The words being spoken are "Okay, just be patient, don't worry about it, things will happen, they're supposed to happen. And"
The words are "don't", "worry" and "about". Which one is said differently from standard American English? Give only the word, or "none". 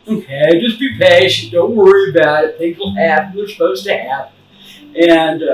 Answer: none